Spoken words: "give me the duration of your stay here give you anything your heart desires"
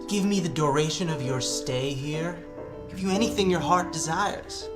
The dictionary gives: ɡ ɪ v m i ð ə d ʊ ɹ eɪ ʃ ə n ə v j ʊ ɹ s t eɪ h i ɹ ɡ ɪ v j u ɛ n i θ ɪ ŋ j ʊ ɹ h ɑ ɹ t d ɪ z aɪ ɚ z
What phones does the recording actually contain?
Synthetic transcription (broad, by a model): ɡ ɪ v m i ð ə d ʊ ɹ eɪ ʃ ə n ə v j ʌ ɹ s t eɪ h i ɹ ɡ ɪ v j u ɛ n i θ ɪ ŋ j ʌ ɹ h ɑ ɹ t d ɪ z aɪ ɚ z